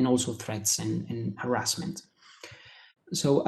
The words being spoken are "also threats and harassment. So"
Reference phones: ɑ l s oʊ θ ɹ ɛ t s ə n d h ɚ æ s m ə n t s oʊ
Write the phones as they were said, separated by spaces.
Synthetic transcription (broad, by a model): ɑ l s oʊ θ ɹ ɛ t s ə n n h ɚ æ s m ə n t s oʊ